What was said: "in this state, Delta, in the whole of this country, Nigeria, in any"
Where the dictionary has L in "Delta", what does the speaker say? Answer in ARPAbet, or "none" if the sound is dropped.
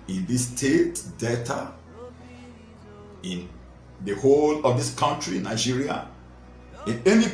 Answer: none